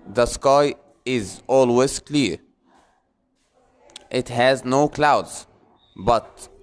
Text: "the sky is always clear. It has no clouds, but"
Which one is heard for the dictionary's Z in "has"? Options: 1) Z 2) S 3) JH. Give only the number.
1